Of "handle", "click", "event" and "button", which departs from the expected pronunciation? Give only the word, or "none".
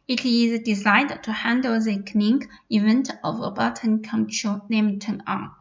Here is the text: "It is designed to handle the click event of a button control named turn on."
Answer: click